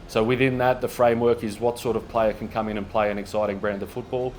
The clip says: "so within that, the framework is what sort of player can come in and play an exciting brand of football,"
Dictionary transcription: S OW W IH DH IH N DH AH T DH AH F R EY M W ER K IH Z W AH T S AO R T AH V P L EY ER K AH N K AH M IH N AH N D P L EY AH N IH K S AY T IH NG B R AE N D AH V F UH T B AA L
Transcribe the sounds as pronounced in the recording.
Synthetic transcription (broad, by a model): S OW W IH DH IH N DH AH T DH AH F R EY M W ER K IH Z W AH T S AO R T AH V P L EY ER K N K AH M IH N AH N P L EY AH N IH K S AY T IH NG B R AE N D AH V F UH T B AA L